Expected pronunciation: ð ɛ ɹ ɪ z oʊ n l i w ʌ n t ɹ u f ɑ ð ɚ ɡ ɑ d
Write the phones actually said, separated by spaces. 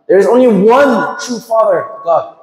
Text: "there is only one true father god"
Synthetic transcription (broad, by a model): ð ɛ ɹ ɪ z oʊ n l i w ʌ n t ɹ u f ɑ ð ɚ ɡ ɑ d